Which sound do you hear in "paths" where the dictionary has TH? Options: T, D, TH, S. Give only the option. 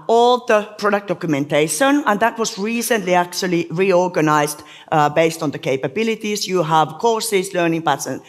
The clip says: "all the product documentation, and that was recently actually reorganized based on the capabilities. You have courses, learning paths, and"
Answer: T